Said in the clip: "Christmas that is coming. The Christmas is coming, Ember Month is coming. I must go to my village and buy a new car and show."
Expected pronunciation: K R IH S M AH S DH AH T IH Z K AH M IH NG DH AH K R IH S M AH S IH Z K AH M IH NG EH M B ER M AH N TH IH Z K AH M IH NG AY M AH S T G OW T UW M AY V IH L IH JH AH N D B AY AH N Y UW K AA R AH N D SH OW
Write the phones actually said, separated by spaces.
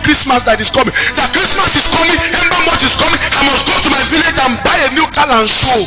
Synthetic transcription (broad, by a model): K R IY S M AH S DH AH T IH S K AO M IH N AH K R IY S M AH S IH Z K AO M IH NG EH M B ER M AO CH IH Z K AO M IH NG AY M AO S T G OW T UW M AY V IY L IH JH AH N B AY AH N Y UW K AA L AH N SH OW